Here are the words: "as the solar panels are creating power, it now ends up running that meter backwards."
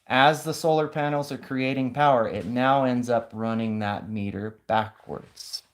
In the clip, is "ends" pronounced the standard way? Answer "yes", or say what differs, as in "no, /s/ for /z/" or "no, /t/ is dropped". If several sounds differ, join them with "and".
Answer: yes